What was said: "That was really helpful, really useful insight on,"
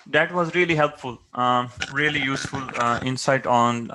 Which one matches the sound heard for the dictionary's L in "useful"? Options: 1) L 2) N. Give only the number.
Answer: 1